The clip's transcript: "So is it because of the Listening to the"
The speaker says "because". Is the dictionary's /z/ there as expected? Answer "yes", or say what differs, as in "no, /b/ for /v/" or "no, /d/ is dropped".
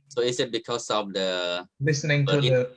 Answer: no, /s/ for /z/